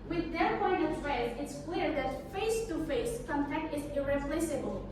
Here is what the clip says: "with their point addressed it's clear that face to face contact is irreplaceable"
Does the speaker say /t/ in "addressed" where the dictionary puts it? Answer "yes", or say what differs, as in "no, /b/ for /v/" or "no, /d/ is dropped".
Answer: no, /t/ is dropped